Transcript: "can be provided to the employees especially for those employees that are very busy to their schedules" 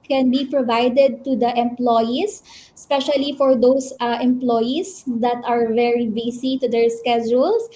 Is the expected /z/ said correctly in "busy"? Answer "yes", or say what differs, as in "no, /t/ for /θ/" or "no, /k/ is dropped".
no, /s/ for /z/